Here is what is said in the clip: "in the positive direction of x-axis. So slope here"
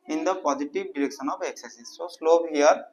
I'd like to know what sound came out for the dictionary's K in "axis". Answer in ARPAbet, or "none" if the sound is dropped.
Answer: none